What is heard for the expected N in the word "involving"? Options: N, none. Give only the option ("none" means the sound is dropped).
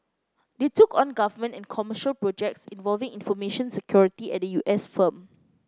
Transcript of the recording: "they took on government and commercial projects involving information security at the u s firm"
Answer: N